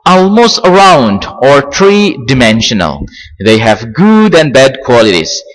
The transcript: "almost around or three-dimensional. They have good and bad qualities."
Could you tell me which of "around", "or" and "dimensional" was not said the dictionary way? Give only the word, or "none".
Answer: none